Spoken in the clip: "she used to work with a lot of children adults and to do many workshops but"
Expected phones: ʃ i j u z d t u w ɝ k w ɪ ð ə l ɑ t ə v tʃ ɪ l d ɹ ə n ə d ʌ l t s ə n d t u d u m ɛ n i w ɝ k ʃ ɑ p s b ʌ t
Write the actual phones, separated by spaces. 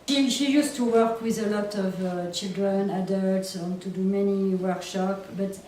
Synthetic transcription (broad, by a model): ʃ i j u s t u w ɝ k w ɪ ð ə l ɑ t ə v tʃ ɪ l d ɹ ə n ə d ʌ l t s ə n t u d u m ɛ n i w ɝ k ʃ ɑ p b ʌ t